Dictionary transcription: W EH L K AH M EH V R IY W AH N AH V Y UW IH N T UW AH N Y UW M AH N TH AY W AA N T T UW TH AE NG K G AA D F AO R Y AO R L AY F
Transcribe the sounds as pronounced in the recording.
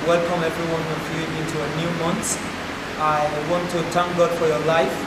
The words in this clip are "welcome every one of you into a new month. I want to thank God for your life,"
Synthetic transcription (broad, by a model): W EH L K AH M EH V R IY W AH N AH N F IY IH N T UW AH N Y UW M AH N S AY W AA N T T UW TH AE NG K G AA D F AO R Y AO R L AY F